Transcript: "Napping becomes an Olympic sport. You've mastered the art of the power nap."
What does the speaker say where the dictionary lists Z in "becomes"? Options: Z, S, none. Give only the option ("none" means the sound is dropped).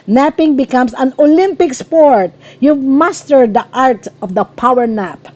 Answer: S